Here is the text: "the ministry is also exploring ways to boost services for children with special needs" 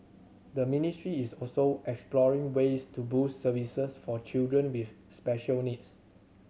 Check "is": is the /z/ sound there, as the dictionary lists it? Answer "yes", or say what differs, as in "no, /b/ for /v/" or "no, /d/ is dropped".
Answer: no, /s/ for /z/